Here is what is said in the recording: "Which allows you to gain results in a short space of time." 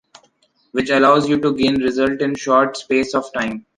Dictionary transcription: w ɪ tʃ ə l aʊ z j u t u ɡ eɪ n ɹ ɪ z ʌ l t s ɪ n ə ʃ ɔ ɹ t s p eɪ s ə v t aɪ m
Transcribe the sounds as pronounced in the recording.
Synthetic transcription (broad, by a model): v ɪ tʃ ə l aʊ z j u t u ɡ eɪ n ɹ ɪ z ʌ l t ɪ n ʃ ɔ ɹ t s p eɪ s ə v t aɪ m